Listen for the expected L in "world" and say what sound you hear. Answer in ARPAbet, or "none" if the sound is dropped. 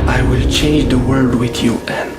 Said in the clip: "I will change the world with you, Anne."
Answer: none